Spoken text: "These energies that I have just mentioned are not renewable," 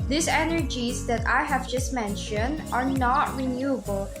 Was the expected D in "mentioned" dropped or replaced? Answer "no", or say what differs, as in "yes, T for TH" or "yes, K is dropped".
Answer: no